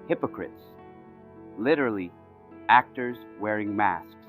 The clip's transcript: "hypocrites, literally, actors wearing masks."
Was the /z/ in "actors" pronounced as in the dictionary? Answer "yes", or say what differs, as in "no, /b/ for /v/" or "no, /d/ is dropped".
yes